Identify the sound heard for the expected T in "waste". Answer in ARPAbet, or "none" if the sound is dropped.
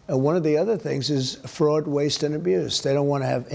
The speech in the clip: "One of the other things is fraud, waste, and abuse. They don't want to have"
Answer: T